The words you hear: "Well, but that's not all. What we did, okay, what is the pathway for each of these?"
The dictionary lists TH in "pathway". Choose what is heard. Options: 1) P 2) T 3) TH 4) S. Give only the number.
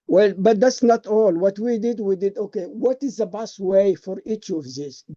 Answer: 2